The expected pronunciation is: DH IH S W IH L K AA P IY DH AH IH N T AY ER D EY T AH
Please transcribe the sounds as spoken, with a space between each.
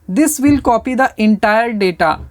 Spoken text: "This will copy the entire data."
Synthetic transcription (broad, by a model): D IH S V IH L K AA P IY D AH IH N T AY ER D EY T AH